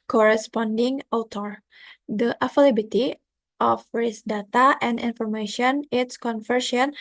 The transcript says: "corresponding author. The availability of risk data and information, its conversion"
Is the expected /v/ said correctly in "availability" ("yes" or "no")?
no